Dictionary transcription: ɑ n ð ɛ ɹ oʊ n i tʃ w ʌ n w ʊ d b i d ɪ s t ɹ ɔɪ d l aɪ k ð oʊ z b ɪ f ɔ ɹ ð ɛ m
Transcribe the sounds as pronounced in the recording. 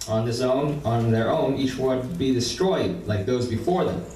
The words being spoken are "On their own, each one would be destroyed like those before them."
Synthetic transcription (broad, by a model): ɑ n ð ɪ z oʊ n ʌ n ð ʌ n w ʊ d b i d ɪ s t ɹ ɔɪ d l aɪ k ð oʊ z b ɪ f ɔ ɹ ð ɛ m